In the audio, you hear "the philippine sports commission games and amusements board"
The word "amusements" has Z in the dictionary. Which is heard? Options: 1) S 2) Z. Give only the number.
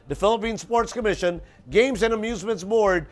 2